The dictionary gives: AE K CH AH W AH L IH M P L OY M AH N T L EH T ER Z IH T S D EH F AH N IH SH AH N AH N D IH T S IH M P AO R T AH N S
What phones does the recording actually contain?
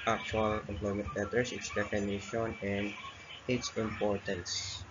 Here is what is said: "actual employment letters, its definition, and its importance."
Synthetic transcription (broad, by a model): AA K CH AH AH L IH M P L OY M AH N T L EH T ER S IH T S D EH F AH N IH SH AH N AH N D IH T S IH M P AO R T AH N S